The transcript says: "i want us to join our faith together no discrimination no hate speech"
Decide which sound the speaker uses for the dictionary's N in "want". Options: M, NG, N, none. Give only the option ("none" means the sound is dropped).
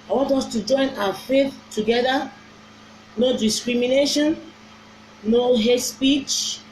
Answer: N